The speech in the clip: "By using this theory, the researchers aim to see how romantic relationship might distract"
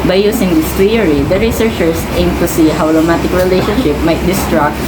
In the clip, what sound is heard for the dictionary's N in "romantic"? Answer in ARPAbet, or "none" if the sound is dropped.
none